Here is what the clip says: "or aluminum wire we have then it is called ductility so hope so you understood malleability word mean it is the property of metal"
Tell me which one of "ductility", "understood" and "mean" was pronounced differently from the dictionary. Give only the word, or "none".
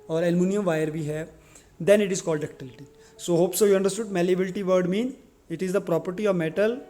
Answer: none